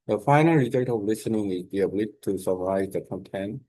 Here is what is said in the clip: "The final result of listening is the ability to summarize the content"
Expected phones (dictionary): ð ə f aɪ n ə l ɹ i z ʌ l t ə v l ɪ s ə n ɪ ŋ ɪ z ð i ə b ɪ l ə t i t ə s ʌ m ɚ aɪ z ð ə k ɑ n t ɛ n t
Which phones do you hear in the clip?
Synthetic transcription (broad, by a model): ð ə f aɪ n ə l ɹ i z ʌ t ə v l ɪ s ə n ɪ ŋ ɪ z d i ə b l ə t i s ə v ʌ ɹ aɪ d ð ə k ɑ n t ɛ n